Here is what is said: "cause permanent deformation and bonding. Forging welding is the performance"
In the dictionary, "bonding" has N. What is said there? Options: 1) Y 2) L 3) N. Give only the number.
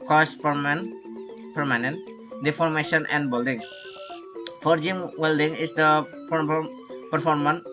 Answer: 2